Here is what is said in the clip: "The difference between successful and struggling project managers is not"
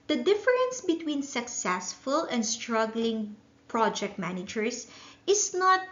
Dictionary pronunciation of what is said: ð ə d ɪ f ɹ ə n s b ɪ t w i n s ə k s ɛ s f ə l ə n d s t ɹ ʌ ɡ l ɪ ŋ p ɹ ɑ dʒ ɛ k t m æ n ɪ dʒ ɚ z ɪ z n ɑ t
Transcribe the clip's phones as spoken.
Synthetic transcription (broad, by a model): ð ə d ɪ f ɹ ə n s b ɪ t w i n s ə k s ɛ s f ə l ə n d s t ɹ ʌ ɡ l ɪ ŋ p ɹ ɑ dʒ ɛ k t m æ n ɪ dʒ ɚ s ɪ s n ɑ t